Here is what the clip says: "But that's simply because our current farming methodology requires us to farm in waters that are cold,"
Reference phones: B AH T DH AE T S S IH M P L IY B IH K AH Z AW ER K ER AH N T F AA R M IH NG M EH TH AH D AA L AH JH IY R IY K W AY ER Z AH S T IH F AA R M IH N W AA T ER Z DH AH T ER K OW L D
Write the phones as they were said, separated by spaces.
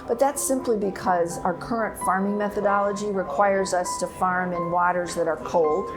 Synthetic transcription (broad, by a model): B AH T DH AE T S S IH M P L IY B IH K AH Z AW ER K ER AH N T F AA R M IH NG M EH TH AH D AA L AH JH IY R IY K W AY ER Z AH S T IH F AA R M IH N W AA T ER Z DH AH T ER K OW L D